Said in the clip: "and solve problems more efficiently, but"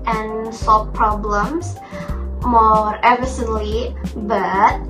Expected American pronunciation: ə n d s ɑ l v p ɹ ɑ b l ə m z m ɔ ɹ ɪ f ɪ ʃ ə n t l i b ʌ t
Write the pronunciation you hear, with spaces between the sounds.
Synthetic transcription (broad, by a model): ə n s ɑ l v p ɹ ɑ b l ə m s m ɔ ɹ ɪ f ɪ s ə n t l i b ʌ t